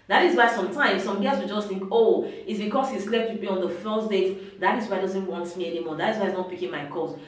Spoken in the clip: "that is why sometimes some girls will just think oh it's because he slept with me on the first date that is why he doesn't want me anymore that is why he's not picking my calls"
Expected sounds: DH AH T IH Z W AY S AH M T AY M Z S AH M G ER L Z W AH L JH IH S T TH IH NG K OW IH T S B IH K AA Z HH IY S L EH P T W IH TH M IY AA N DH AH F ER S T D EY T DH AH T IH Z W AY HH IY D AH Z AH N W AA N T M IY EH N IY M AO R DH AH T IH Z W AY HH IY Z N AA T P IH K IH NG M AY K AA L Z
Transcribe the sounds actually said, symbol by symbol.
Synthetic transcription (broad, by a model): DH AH T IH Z W AY S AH M T AY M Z S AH M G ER Z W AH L JH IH S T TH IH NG K OW IH T S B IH K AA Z HH IY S L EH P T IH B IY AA N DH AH F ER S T D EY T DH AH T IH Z W AY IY D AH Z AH N W AA N T M IY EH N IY M AO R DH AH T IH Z W AY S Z N AA T P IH K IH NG M AY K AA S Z